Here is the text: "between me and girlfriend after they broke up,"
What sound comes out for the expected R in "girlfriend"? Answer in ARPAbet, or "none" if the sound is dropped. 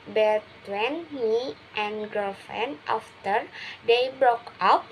none